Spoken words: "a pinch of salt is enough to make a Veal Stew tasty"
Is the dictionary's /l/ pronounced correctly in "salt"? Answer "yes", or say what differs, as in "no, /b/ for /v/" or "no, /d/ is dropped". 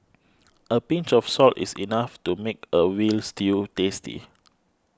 yes